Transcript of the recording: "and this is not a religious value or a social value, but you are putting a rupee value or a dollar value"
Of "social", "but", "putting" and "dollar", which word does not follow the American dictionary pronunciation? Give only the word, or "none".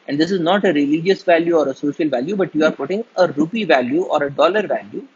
none